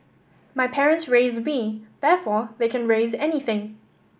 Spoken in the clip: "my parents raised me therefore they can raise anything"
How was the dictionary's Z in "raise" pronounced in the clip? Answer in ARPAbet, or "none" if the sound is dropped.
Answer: Z